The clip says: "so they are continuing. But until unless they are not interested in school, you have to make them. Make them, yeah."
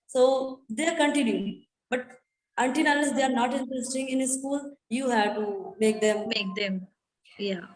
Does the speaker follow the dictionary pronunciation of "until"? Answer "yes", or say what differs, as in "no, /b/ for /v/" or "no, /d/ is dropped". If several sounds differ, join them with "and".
no, /n/ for /l/